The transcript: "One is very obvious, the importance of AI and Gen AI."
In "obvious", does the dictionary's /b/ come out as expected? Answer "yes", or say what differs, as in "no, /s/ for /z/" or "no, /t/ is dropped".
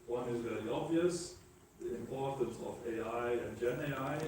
yes